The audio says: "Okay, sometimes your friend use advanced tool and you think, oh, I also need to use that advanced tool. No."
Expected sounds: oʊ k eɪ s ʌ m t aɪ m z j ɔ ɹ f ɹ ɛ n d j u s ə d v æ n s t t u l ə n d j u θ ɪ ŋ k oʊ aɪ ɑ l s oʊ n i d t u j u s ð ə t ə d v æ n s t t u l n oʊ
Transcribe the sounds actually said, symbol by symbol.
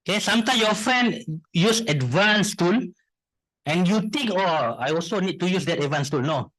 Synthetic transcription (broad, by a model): k eɪ s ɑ m t aɪ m j ɔ f ɹ ɛ n d j u s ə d v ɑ n s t t u l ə n j u t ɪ ŋ k oʊ aɪ ɑ l s oʊ n i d t u j u s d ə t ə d v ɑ n s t t u l n oʊ